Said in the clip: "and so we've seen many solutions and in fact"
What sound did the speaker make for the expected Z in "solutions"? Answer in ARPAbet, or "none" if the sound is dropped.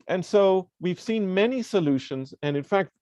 Z